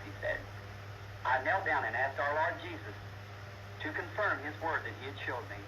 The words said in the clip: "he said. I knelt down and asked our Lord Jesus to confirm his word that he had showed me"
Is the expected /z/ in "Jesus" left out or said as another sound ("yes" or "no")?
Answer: no